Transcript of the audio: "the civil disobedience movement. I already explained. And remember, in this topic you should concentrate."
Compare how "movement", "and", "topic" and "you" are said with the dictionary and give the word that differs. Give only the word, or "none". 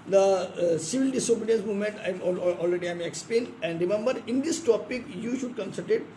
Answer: movement